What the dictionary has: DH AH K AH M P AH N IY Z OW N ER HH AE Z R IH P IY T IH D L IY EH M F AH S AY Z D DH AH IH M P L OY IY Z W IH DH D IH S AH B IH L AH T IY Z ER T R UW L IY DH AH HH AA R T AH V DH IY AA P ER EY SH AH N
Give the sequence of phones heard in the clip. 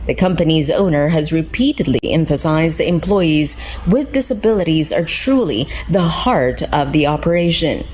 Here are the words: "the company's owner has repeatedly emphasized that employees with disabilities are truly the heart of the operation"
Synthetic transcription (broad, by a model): DH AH K AH M P AH N IY Z OW N ER HH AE Z R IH P IY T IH D L IY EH M F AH S AY Z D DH IH M P L OY IY Z W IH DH D IH S AH B IH L AH T IY Z ER T R UW L IY DH AH HH AA R T AH V DH IY AA P ER EY SH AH N